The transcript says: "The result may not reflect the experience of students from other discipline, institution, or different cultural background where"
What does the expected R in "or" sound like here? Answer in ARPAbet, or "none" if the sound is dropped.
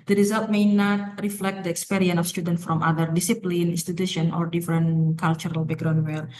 R